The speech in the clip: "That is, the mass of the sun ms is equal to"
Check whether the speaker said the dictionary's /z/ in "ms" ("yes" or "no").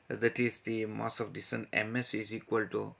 no